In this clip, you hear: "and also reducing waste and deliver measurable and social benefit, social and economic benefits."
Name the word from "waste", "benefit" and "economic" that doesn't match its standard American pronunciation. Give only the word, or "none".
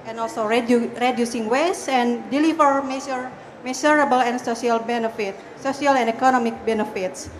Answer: waste